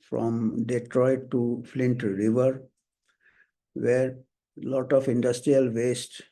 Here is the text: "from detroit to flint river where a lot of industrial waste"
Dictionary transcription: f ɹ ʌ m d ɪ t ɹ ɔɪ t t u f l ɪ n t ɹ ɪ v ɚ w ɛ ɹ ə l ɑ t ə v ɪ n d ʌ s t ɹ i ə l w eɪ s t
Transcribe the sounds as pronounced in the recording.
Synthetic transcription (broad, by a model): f ɹ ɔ m d ɪ t ɹ ɔɪ t t u f l ɪ n t ɹ ɪ v ɚ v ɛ ɹ l ɑ t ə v ɪ n d ʌ s t ɹ i ə l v eɪ s t